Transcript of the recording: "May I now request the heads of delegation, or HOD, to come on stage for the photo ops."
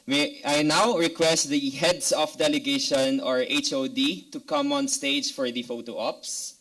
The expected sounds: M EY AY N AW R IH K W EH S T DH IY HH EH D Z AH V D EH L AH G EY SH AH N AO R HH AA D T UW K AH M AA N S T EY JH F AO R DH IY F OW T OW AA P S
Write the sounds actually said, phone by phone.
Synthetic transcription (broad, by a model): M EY AY N AW R IH K W EH S T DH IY HH EH D S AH F D EH L AH G EY SH AH N AO R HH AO D T UW K AH M AA N S T EY JH F AO R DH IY F OW T OW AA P S